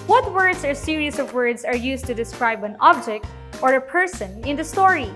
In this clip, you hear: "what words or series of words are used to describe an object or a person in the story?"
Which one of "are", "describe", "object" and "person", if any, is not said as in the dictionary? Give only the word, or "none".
none